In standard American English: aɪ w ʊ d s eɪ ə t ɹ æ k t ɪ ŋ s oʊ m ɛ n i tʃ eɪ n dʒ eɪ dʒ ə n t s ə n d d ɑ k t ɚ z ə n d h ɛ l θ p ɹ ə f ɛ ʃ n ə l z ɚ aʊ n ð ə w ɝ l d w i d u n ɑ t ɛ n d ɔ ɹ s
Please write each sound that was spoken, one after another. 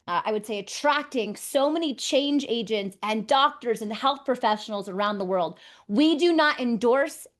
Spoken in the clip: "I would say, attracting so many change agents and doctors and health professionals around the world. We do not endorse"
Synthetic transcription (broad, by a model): aɪ w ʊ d s eɪ ə t ɹ æ k t ɪ ŋ s oʊ m ɛ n i tʃ eɪ n dʒ eɪ dʒ ə n t s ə n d d ɑ k t ɚ z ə n h ɛ l θ p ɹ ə f ɛ ʃ n l z ɚ aʊ n ð ə w ɝ l d w i d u n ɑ t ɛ n d ɔ ɹ s